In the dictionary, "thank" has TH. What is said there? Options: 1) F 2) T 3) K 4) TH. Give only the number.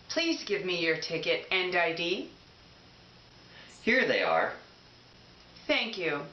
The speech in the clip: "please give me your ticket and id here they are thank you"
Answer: 4